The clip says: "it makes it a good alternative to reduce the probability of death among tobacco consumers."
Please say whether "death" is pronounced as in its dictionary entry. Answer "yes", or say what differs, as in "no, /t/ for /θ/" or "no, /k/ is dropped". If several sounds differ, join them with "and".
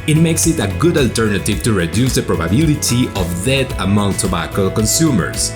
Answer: no, /t/ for /θ/